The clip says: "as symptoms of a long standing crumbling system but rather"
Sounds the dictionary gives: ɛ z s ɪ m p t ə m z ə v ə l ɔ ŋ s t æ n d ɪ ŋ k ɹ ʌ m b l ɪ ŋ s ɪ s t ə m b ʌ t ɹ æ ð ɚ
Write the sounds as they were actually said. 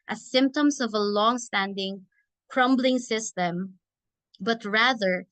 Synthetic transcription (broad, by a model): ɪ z s ɪ m p t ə m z ə v ə l ɔ ŋ s t æ n d ɪ ŋ k ɹ ʌ m b l ɪ ŋ s ɪ s t ə m b ʌ t ɹ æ ð ɚ